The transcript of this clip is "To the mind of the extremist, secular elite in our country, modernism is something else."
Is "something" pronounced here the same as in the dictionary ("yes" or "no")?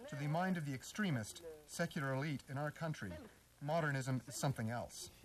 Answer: yes